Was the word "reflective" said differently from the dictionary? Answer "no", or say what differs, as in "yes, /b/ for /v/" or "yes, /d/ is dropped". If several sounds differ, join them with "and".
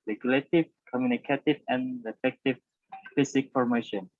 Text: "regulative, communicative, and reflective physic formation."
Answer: yes, /l/ is dropped